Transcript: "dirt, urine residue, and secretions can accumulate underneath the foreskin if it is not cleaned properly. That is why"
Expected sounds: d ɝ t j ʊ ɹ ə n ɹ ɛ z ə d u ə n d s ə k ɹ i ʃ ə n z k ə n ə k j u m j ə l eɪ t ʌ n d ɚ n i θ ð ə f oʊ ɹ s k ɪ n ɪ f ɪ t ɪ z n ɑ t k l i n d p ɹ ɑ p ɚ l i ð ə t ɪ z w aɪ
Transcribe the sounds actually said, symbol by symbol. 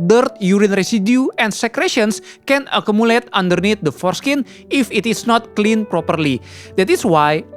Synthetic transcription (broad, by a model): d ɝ t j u ɹ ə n ɹ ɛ s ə d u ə n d s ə k ɹ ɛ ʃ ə n s k ə n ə k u m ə l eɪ t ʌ n d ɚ n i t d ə f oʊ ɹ s k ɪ n ɪ f ɪ t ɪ s n ɑ t k l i n p ɹ ɑ p ɚ l i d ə t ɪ s w aɪ